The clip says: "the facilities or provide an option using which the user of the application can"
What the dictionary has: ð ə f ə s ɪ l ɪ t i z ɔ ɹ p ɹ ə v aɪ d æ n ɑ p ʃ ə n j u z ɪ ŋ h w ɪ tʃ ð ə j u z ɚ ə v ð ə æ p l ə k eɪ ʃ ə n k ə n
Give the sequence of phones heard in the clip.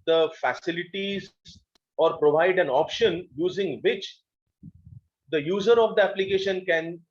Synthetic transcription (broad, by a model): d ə f ə s ɪ l ɪ t i z ɔ ɹ p ɹ ə v aɪ d æ n ɑ p ʃ ə n j u z ɪ ŋ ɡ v ɪ tʃ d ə j u z ɚ ə v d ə æ p l ə k eɪ ʃ ə n k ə n